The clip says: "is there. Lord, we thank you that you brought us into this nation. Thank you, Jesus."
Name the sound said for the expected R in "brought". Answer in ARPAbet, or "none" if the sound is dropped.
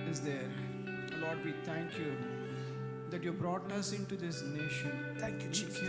R